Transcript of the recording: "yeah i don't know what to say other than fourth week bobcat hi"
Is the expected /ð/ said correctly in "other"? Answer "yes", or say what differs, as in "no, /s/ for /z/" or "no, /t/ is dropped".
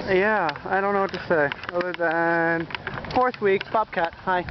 no, /ð/ is dropped